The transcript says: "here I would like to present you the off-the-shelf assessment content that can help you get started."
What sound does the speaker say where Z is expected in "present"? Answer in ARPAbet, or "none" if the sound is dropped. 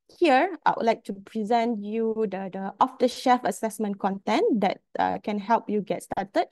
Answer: Z